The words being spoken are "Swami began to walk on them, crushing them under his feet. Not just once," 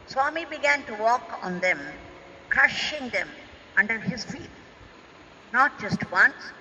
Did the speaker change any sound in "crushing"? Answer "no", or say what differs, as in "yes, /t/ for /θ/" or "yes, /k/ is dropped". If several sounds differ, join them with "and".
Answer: no